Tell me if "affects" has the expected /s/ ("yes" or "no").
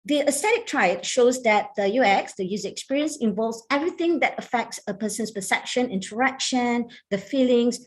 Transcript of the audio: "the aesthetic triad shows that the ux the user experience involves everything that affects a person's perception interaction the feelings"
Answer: yes